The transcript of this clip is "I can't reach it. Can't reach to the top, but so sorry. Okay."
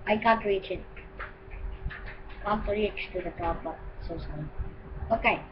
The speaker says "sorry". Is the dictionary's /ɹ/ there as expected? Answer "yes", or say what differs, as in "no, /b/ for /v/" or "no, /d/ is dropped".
no, /ɹ/ is dropped